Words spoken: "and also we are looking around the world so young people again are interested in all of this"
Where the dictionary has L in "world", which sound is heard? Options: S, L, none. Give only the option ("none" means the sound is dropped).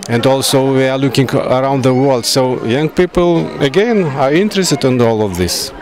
L